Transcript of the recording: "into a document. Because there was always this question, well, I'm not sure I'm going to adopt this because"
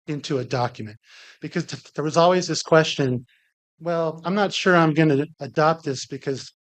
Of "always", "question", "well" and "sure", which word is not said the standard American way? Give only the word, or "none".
none